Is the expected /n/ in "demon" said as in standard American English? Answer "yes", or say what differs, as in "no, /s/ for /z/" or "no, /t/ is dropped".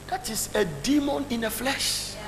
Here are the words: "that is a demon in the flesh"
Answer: yes